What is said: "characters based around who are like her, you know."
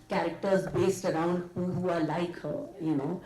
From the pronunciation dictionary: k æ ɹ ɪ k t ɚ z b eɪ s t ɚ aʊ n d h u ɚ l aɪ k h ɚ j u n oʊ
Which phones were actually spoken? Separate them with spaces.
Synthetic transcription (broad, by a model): k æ ɹ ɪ k t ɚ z b eɪ s t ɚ aʊ n d h u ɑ l aɪ k h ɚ j u n oʊ